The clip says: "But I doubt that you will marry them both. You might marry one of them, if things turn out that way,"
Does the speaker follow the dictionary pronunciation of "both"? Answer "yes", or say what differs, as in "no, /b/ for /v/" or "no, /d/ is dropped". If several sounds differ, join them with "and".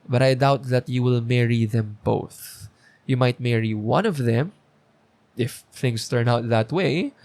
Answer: yes